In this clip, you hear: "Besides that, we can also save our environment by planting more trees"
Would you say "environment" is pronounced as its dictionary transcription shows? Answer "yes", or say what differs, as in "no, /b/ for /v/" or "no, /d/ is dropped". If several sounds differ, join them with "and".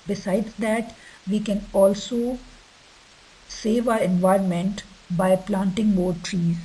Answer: yes